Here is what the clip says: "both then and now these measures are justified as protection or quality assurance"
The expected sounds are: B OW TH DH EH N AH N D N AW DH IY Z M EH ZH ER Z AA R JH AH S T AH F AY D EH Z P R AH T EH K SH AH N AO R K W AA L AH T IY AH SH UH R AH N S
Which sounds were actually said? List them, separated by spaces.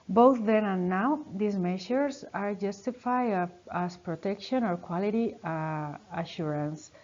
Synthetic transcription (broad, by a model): B OW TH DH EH N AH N N AW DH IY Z M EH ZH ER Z AA R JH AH S T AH F AY AA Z P R AH T EH K SH AH N AO R K W AA L AH T IY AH SH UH R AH N S